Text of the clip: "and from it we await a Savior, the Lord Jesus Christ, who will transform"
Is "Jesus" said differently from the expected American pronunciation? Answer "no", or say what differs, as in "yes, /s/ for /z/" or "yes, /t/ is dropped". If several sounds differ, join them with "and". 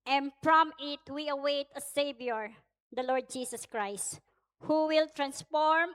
yes, /s/ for /z/